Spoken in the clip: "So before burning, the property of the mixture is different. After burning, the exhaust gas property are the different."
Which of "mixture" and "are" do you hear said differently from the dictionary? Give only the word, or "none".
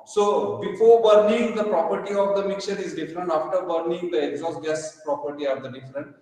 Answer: mixture